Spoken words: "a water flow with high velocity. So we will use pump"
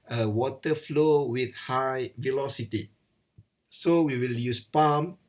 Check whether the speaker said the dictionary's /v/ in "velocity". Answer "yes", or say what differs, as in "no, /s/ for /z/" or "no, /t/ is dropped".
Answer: yes